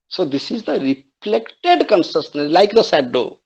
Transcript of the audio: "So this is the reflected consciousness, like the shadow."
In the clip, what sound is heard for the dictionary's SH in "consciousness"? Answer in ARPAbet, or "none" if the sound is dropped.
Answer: S